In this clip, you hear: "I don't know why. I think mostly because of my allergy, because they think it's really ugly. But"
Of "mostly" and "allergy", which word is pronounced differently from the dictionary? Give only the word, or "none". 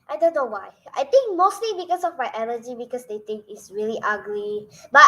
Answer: allergy